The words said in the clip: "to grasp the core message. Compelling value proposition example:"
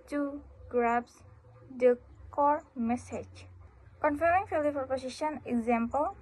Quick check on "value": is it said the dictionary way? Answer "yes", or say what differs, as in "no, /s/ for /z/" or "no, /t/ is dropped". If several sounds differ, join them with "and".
no, /f/ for /v/